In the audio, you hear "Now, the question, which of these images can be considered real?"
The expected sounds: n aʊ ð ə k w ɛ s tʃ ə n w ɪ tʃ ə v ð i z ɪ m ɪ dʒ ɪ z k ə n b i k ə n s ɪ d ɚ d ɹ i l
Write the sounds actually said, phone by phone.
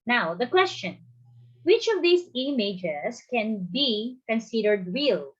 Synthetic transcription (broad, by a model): n aʊ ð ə k w ɛ s tʃ ə n w ɪ tʃ ə v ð i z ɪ m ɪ dʒ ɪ s k ə n b i k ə n s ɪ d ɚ d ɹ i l